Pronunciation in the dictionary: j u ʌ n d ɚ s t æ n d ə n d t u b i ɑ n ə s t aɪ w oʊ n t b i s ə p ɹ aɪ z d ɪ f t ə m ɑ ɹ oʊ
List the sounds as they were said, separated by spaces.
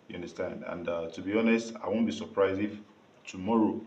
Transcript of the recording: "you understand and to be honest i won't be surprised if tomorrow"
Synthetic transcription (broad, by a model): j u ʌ n d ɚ s t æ n d ə n d t u b i ɑ n ə s t aɪ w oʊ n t b i s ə p ɹ aɪ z ɪ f t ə m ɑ ɹ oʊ